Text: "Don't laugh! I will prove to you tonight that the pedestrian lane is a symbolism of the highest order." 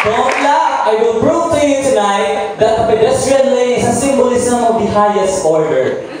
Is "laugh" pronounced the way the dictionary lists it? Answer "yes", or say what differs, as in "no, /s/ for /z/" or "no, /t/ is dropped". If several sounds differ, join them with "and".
no, /f/ is dropped